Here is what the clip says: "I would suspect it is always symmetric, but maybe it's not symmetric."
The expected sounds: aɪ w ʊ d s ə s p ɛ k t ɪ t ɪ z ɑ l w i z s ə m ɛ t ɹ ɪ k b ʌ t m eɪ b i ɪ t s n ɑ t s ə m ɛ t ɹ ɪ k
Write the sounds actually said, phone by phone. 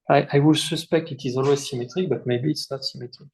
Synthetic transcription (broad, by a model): aɪ w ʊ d s ə s p ɛ k t ɪ t ɪ z ɑ l w i z s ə m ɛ t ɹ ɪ k b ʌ t m eɪ b i t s n ɑ t s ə m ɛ t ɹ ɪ k